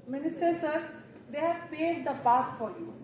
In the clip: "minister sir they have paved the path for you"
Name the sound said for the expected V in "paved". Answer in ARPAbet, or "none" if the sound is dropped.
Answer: none